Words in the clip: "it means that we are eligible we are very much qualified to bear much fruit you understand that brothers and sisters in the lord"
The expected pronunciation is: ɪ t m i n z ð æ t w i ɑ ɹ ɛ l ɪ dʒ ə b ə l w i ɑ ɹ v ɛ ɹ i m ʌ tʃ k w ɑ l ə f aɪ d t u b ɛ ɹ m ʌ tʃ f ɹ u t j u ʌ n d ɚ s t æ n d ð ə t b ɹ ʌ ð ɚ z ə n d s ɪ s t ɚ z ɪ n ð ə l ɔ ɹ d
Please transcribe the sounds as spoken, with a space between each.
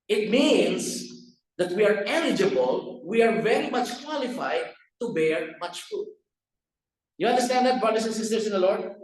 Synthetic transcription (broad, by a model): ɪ t m i n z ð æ t w i ɑ ɹ ɛ l ɪ dʒ ə b ə l w i ɑ ɹ v ɛ ɹ i m ʌ tʃ k w ɑ l ə f aɪ d t u b ɛ ɹ m ʌ tʃ f u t j u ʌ n d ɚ s t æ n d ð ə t b ɹ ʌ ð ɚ s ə n s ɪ s t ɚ s ɪ n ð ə l ɔ ɹ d